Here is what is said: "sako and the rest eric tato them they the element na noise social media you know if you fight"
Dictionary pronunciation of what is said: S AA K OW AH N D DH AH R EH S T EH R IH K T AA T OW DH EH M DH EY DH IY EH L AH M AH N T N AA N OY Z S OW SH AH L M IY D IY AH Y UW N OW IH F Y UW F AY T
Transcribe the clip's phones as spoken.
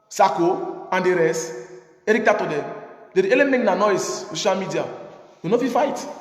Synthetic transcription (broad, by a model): S AA K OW AH N D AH R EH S EH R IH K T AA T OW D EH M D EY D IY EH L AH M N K N AA N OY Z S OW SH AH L M IY D IY AH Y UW N OW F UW F AY T